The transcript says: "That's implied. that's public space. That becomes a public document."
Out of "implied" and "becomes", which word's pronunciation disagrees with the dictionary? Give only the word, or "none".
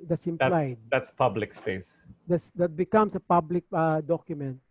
becomes